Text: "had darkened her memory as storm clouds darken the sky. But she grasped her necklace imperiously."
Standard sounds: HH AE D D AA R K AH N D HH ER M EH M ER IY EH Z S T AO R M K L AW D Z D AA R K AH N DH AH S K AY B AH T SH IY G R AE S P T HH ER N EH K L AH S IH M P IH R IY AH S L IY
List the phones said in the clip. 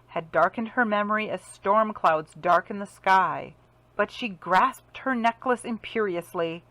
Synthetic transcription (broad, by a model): HH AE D D AA R K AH N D HH ER M EH M ER IY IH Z S T AO R M K L AW D Z D AA R K AH N DH AH S K AY B AH T SH IY G R AE S P T HH ER N EH K L AH S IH M P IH R IY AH S L IY